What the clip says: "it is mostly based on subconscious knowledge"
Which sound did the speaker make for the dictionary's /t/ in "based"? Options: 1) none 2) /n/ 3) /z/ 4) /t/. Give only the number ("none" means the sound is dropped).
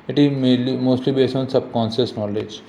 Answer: 1